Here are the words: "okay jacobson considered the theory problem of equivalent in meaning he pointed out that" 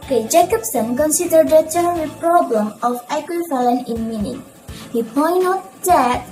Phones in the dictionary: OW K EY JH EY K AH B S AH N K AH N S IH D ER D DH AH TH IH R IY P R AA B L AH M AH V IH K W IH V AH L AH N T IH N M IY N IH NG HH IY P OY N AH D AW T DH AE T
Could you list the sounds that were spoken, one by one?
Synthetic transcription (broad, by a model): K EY JH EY K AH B S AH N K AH N S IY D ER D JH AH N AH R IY P R AA B L AH M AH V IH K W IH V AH L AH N IH N M IY N IH NG HH IY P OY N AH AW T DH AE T